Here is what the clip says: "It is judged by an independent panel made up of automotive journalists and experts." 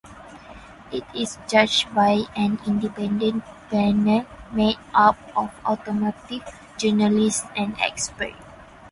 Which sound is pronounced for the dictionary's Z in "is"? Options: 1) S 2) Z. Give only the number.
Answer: 1